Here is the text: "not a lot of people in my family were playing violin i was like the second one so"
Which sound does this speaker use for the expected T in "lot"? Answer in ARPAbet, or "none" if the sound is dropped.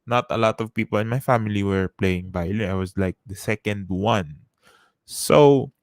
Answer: T